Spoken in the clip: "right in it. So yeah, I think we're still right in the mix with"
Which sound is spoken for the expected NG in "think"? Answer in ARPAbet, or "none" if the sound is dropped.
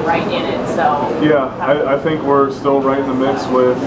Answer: NG